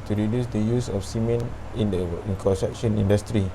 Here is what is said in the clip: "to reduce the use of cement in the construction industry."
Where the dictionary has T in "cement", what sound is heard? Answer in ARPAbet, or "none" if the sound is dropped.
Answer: none